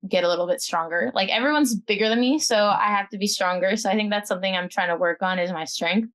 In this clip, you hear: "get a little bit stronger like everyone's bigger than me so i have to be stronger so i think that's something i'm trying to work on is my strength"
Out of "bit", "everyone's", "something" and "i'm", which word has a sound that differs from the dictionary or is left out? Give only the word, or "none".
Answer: none